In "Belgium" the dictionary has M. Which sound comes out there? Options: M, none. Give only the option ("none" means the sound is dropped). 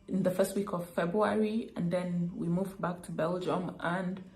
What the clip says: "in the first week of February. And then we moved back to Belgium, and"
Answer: M